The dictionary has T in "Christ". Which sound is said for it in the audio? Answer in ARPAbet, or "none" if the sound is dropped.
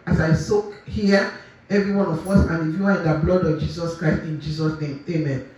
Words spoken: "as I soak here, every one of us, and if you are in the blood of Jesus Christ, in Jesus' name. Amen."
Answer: T